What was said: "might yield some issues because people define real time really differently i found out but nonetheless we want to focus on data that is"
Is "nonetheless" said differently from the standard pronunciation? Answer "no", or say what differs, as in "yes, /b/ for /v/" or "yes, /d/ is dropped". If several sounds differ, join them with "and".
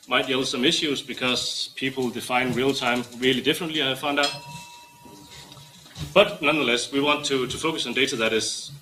no